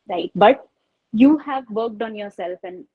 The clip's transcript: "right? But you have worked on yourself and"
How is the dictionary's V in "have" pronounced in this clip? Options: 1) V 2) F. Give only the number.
1